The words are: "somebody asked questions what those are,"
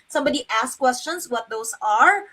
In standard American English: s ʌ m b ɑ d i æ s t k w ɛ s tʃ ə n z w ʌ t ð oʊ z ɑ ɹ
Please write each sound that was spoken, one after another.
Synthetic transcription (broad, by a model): s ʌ m b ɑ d i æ s k w ɛ s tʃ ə n s w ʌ t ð oʊ s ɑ ɹ